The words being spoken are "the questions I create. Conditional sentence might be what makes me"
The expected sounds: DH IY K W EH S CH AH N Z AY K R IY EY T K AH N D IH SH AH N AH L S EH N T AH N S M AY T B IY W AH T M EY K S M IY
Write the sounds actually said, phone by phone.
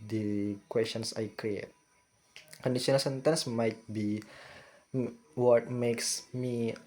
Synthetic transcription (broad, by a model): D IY K W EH S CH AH N S AY K R IY EY T K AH N D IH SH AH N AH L S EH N T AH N S M AY T B IY W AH T M EY K S M IY